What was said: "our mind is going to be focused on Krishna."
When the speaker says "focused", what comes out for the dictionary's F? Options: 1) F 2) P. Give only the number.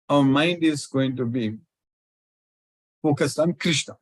2